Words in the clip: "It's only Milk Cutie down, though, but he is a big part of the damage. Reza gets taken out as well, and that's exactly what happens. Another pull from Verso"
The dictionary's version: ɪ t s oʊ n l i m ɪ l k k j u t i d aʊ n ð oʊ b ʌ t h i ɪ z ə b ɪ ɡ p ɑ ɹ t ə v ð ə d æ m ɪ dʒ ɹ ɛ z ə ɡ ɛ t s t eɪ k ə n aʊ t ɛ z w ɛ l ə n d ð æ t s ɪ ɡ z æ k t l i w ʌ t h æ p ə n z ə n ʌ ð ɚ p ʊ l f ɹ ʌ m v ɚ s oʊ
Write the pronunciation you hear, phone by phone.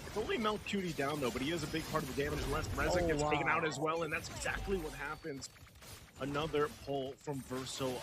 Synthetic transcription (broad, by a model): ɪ t s oʊ n l i m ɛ l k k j u t i d aʊ n ð oʊ b ʌ t h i ɪ z ə b ɪ ɡ p ɑ ɹ t ə v ð ə d æ m ɪ dʒ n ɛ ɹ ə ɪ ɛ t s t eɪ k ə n aʊ t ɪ z w ɛ l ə n ð æ t s ɪ ɡ z æ k t l i w ʌ t h æ p ə n z ə n ʌ ð ɚ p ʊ l f ɹ ʌ m v ɚ s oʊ